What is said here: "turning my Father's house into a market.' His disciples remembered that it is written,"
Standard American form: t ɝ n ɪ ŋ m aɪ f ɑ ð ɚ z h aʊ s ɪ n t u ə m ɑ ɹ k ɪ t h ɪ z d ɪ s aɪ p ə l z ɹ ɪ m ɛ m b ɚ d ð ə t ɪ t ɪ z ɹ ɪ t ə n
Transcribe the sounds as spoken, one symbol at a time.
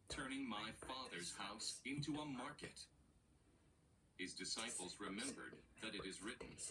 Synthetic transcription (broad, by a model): t ɝ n ɪ ŋ m aɪ f ɑ ð ɚ z h aʊ s ɪ n t u ə m ɑ ɹ k ɪ t h ɪ z d ɪ s aɪ p l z ɹ ɪ m ɛ m b ɚ d ð ə t ɪ t ɪ z ɹ ɪ t n